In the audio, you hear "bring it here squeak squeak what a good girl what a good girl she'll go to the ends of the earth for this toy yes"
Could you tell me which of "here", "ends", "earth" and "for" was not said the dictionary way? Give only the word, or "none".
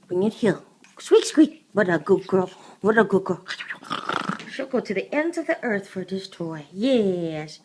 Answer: here